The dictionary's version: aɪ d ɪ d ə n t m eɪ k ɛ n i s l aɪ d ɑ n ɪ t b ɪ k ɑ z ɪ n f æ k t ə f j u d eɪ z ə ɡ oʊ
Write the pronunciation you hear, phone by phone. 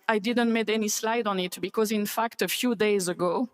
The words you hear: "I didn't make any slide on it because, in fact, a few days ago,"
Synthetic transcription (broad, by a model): aɪ d ɪ d ə n t m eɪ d ɛ n i s l aɪ d ɑ n ɪ t b ɪ k ɑ z ɪ n f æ k t ə f j u d eɪ z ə ɡ oʊ